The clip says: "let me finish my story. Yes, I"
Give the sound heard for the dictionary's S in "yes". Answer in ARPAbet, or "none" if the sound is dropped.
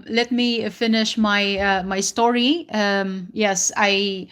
S